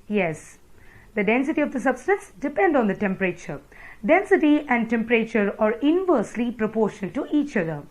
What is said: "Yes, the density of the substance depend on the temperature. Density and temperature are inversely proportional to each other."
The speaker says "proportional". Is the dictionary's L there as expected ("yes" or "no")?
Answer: no